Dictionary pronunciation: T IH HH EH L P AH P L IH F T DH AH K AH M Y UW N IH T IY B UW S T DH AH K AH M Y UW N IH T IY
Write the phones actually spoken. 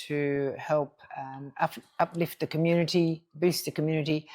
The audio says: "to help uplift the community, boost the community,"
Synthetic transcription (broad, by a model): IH HH EH L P AH P L IH F T DH AH K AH M Y UW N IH T IY B UW S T DH AH K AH M Y UW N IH T IY